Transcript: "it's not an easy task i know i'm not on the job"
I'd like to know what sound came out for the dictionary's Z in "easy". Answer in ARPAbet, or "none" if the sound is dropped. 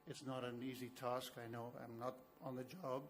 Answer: Z